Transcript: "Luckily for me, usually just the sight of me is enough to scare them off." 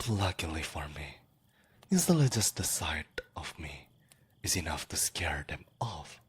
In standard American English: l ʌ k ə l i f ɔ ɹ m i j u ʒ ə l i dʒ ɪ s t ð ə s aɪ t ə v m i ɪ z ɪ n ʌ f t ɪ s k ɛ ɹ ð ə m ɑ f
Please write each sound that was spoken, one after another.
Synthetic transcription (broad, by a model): l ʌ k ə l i f ɔ ɹ m i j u z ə l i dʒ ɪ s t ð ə s aɪ t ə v m i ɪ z ɪ n ʌ f t ɪ s k ɛ ɹ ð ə m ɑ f